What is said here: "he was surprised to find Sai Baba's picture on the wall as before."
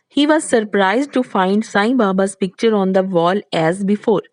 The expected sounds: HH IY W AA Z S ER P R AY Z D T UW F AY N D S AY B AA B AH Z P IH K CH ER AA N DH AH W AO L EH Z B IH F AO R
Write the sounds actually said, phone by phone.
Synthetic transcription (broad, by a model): HH IY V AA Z S ER P R AY Z D T UW F AY N D S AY B AA B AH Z P IH K CH ER AA N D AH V AO L EH Z B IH F AO R